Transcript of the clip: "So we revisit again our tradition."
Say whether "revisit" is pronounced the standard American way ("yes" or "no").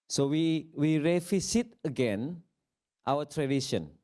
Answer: no